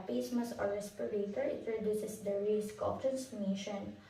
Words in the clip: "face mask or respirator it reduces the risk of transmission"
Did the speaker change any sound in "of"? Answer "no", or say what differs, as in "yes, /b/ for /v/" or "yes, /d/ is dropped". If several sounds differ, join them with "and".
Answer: yes, /p/ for /v/